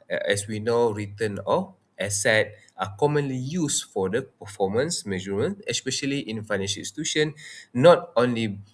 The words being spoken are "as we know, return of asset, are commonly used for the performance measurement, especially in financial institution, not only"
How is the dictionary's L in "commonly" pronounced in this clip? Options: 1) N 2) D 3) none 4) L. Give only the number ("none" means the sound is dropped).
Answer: 4